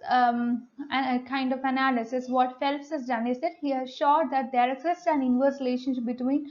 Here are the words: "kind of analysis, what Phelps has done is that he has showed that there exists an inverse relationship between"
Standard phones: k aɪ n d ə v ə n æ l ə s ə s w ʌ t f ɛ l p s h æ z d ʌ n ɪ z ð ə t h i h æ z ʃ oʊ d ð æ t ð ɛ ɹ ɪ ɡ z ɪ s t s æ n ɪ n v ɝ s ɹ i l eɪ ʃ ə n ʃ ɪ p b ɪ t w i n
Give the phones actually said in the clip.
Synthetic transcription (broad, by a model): k aɪ n d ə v ə n æ l ə s ə s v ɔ t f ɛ l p s h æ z d ʌ n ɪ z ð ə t h i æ ʃ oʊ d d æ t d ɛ ɹ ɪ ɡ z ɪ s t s æ n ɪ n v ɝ ɹ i l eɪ ʃ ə n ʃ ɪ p b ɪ t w i n